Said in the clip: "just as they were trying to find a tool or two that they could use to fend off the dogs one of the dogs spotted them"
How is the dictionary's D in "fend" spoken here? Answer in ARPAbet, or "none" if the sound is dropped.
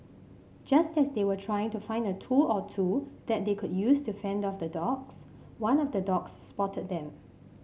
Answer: D